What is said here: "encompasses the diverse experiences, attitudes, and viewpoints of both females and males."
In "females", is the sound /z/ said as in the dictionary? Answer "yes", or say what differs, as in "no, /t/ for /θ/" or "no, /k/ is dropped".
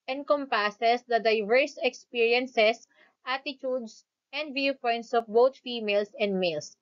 no, /s/ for /z/